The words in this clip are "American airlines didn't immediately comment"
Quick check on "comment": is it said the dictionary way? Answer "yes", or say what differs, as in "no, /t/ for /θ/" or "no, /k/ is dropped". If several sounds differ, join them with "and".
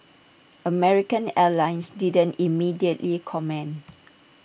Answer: no, /t/ is dropped